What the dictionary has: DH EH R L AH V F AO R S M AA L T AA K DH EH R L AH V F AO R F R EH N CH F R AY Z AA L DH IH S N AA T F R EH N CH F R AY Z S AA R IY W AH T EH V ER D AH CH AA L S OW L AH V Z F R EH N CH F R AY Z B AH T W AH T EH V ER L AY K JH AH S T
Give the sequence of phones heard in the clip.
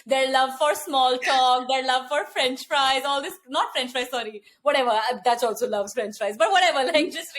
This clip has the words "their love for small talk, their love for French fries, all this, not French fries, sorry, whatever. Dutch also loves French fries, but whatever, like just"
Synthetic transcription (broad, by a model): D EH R L AH V F AO R S M AA L T AA K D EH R L AH V F AO R F R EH N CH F R AY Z AA L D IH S N AA T F R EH N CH P R AY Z S AA R IY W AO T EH V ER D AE S AA L S OW L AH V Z F R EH N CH P R AY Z B AH T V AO T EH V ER L AY K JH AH S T